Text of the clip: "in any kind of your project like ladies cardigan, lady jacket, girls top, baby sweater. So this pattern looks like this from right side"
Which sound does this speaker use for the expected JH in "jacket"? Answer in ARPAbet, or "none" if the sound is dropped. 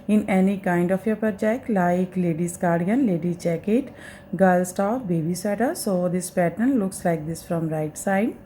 CH